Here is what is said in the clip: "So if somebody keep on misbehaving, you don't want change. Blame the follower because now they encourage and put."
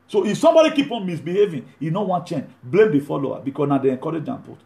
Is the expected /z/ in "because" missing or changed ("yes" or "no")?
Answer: yes